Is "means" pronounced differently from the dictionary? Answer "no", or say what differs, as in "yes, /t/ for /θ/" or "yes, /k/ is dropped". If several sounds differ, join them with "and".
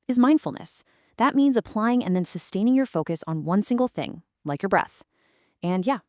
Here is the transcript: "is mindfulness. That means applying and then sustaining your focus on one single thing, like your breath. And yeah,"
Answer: no